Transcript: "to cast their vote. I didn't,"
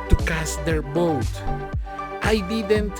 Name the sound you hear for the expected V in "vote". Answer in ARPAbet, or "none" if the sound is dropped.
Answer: B